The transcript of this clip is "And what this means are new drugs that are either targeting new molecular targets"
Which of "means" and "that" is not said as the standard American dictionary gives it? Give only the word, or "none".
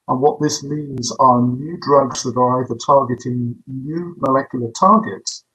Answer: none